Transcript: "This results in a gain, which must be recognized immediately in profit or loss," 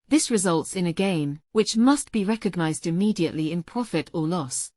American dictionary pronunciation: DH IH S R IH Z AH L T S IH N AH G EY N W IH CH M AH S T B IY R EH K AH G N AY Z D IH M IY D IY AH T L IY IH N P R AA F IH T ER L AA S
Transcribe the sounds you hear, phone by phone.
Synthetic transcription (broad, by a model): DH IH S R IH Z AH L T S IH N AH G EY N W IH CH M AH S T B IY R EH K AH G N AY Z D IH M IY D IY AH T L IY IH N P R AA F IH T ER L AA S